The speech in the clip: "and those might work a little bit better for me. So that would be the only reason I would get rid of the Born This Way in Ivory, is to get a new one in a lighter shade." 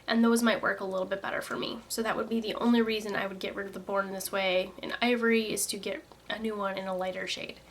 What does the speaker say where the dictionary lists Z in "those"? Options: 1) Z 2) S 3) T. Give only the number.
1